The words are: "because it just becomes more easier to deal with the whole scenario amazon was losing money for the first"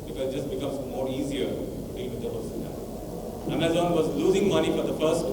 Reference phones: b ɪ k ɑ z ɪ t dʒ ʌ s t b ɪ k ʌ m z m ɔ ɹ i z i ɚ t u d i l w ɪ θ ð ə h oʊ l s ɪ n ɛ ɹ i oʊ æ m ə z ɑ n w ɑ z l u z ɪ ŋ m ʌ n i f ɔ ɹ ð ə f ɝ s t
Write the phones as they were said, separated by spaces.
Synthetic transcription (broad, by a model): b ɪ k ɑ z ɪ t dʒ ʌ s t b ɪ k ʌ m z m ɔ ɹ i z i ɚ t u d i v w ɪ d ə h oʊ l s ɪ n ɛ i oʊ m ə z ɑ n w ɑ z l u z ɪ ŋ m ʌ n i f ɔ ɹ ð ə f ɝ s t